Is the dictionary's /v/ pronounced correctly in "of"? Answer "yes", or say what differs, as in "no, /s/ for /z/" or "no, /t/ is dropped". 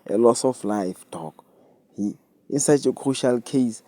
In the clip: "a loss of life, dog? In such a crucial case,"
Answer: no, /f/ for /v/